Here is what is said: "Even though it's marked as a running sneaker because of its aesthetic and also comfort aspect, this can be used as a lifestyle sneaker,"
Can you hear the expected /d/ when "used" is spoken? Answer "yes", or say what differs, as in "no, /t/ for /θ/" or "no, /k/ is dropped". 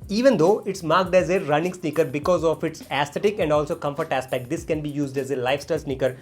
yes